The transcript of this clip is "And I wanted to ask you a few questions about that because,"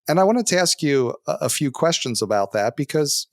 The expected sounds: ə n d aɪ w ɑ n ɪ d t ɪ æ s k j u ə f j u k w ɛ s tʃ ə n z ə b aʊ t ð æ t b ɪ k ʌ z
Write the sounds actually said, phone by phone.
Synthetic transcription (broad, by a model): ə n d aɪ w ɑ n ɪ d t ɪ æ s k j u ə f j u k w ɛ s tʃ ə n z ə b aʊ t ð æ t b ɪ k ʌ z